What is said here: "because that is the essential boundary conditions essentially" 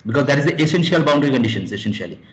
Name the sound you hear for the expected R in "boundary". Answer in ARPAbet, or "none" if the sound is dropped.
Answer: R